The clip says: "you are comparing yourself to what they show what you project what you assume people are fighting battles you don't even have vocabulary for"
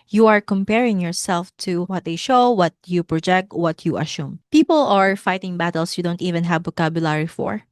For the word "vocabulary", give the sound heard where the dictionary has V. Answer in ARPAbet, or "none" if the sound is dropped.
B